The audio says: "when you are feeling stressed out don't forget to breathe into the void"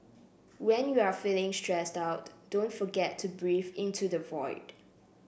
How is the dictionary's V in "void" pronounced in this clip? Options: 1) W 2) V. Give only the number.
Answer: 2